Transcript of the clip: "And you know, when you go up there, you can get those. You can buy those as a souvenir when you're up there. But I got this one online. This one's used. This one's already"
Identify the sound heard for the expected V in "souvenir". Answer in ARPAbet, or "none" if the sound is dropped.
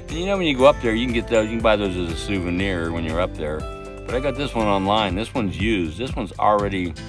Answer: V